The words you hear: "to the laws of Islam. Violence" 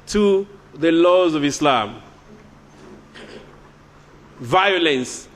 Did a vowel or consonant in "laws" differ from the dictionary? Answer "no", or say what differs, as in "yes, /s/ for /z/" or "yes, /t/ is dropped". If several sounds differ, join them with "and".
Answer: no